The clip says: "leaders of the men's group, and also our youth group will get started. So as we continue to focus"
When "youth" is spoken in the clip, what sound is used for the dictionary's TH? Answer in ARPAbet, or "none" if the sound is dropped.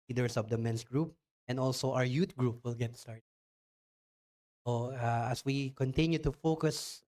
T